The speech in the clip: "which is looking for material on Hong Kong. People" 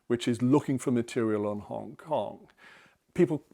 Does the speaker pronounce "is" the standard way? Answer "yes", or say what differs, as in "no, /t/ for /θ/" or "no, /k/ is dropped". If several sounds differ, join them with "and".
yes